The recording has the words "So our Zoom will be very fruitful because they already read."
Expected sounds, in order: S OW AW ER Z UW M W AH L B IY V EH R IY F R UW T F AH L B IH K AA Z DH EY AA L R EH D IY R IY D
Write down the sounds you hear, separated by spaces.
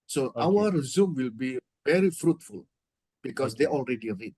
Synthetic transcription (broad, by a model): S OW AW ER Z UW M W AH L B IY V EH R IY F R UW T F AH L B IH K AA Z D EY AA L R EH D IY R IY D